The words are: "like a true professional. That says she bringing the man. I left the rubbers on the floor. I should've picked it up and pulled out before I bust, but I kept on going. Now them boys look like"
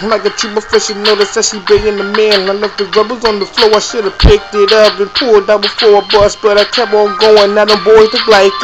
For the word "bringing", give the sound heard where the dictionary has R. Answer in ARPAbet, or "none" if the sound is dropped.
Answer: none